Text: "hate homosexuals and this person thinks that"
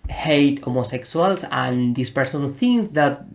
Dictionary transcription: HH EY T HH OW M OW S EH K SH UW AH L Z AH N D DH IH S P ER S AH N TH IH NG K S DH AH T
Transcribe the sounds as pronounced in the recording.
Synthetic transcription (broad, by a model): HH EY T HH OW M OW S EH K S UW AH L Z AH N D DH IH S P ER S AH N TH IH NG S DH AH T